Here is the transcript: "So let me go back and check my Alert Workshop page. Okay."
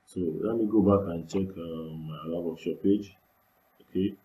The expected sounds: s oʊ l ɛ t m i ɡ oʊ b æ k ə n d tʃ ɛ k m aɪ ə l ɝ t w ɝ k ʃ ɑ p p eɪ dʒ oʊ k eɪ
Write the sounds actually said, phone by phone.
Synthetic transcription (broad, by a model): s oʊ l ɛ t m i ɡ oʊ b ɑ k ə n tʃ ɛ k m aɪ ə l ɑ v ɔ ʃ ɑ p p eɪ dʒ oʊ k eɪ